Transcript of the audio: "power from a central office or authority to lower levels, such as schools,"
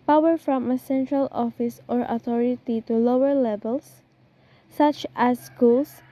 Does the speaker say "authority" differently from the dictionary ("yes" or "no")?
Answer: yes